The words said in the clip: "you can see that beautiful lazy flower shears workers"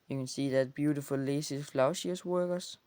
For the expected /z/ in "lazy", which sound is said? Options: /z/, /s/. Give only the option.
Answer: /s/